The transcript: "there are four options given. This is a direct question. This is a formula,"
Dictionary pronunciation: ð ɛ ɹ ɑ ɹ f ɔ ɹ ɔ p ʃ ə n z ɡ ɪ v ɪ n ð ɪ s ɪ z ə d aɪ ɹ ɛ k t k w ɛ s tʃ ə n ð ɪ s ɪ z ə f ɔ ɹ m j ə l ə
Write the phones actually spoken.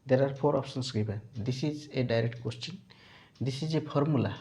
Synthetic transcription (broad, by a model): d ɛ ɹ ɑ ɹ p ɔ ɹ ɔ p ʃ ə n s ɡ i b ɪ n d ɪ s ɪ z ə d aɪ ɹ ɛ k t k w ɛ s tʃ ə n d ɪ s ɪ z ə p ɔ ɹ m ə l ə